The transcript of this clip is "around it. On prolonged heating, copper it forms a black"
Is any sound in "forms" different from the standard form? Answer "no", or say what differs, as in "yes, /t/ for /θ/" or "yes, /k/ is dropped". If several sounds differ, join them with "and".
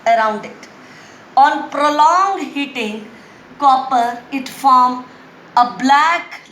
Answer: yes, /z/ is dropped